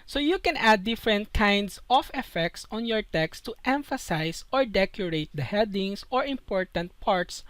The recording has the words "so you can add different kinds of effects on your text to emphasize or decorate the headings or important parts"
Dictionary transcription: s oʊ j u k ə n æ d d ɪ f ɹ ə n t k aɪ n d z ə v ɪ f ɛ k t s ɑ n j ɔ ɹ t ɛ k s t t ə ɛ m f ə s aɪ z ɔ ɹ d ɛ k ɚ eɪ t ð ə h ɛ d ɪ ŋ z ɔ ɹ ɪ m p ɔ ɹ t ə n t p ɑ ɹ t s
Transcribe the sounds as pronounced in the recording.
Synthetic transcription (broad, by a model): s oʊ j u k ə n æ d d ɪ f ɹ ə n t k aɪ n d s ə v ɪ f ɛ k t s ɑ n j ɔ ɹ t ɛ k s t t ɛ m f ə s aɪ s ɔ ɹ d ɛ k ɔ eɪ t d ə h ɛ d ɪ ŋ s ɔ ɹ ɪ m p ɔ ɹ t ə n t p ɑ ɹ t s